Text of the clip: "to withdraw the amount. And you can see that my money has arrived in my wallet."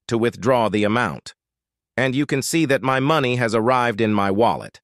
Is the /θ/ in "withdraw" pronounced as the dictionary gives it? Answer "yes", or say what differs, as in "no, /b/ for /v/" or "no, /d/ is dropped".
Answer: yes